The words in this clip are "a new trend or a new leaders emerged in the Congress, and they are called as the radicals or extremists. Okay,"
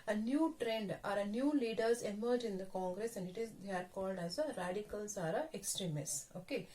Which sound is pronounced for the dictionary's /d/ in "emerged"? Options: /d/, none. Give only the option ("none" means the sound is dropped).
none